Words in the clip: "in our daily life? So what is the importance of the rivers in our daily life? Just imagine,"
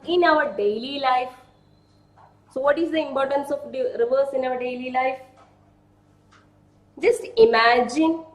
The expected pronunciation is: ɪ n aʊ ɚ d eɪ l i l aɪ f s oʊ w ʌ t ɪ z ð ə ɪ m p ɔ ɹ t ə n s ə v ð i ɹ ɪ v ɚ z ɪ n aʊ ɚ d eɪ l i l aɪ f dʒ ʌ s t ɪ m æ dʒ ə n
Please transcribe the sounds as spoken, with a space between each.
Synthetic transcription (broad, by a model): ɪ n aʊ ɚ d eɪ l i l aɪ f s oʊ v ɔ t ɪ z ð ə ɪ m p ɔ ɹ t ə n s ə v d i ɹ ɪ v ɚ s ɪ n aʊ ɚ d eɪ l i l aɪ f dʒ ʌ s t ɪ m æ dʒ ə n